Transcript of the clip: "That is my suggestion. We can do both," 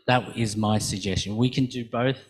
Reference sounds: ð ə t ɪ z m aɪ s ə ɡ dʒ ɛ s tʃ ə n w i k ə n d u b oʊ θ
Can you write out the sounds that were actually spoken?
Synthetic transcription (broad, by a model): ð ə t ɪ z m aɪ s ə ɡ dʒ ɛ s tʃ ə n w i k ə n d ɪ b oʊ θ